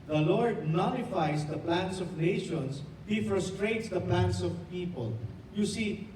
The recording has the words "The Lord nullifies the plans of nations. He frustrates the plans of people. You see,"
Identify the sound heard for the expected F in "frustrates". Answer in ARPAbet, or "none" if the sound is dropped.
F